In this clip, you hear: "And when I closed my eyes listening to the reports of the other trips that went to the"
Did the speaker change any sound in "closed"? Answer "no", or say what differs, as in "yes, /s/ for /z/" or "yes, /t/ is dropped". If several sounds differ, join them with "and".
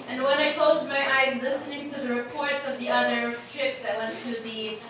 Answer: no